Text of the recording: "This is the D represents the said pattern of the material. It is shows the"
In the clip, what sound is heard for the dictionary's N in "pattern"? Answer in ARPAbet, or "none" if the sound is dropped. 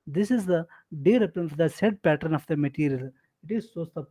N